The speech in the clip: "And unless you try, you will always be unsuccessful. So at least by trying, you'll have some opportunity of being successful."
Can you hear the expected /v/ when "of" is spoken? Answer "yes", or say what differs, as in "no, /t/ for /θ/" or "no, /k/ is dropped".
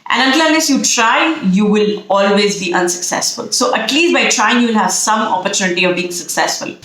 yes